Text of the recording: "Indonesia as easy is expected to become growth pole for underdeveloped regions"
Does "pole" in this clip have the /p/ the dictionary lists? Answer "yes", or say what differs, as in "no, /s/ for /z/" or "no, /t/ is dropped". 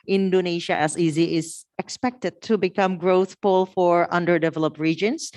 no, /f/ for /p/